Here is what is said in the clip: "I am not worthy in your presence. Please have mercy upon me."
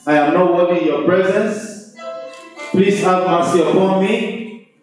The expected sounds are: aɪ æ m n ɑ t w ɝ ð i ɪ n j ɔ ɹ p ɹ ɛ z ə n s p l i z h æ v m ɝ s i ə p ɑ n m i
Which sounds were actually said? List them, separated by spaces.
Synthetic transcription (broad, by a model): aɪ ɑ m n ɑ t w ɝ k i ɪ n j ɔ p ɹ ɛ z ə n s p l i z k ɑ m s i ə p ɑ n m i